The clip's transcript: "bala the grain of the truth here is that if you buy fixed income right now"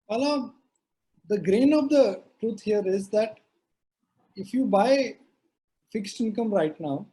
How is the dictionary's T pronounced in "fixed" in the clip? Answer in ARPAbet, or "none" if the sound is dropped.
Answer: T